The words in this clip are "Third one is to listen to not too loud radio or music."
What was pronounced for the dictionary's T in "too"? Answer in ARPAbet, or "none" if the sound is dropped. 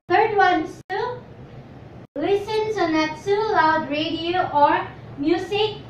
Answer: S